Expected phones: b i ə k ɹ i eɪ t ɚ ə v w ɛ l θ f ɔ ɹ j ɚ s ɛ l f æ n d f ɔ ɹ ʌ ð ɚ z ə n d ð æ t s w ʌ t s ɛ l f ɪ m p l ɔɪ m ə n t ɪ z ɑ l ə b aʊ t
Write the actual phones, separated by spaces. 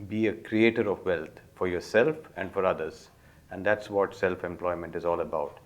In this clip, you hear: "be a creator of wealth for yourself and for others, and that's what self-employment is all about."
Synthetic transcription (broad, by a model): b i ə k ɹ i eɪ t ɚ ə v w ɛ l t f ɔ ɹ j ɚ s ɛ l f æ n d f ɔ ɹ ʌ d ɚ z ə n d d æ t s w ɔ t s ɛ l f ɪ m p l ɔɪ m ə n t ɪ z ɑ l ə b aʊ t